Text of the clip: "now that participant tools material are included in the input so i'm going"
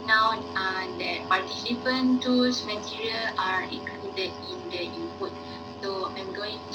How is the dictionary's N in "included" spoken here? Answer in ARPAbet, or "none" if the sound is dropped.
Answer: none